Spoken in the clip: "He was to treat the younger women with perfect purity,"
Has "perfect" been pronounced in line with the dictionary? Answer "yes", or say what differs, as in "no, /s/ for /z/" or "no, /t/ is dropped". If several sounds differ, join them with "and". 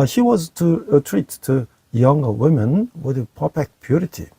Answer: no, /p/ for /f/